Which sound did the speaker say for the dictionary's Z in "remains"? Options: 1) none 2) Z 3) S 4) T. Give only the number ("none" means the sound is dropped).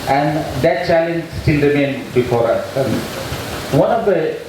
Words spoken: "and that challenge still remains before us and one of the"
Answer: 1